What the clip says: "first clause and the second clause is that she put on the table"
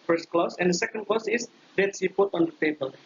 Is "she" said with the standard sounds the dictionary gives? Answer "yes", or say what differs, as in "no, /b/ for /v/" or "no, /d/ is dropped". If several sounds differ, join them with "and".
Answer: no, /s/ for /ʃ/